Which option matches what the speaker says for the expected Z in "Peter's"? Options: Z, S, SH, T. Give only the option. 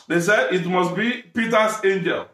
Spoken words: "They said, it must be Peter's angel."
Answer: S